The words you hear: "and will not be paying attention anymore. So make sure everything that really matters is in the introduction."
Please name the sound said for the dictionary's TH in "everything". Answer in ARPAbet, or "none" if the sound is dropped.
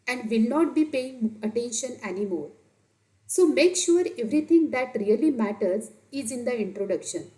T